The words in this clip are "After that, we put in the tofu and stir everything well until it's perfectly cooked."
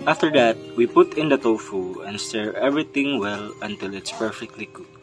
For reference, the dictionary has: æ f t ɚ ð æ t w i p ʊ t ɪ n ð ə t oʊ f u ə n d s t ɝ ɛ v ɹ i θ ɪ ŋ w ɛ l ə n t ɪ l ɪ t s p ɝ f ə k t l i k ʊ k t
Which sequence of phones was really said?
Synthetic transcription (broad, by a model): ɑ f t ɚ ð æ t w i p ʊ t ɪ n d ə t oʊ f u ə n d s t ɝ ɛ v ɹ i t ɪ ŋ w ɛ l ə n t ɪ l ɪ t s p ɝ f ə k t l i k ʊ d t